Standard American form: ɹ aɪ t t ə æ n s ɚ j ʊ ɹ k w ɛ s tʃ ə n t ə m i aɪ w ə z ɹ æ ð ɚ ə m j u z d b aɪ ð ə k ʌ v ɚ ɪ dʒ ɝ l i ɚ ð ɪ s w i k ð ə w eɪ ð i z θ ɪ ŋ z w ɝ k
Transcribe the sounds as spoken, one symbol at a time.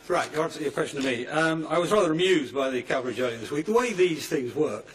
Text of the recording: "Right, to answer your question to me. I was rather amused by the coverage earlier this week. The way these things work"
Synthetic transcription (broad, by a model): ɹ aɪ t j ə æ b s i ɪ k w ɛ s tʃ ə n t ə m i aɪ w ə z ɹ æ ð ɚ ə m j u z d b aɪ ð ə k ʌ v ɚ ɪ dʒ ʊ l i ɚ ð ɪ s w i k ð ə w eɪ ð i z θ ɪ ŋ z w ɝ k